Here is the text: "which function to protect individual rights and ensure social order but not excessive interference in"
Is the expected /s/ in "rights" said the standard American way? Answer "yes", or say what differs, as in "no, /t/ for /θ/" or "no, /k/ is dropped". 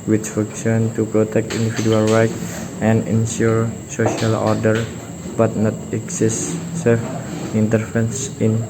no, /s/ is dropped